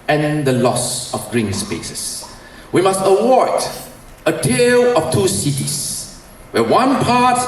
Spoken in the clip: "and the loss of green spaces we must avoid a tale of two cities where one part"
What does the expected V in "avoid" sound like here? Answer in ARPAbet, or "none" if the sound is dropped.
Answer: W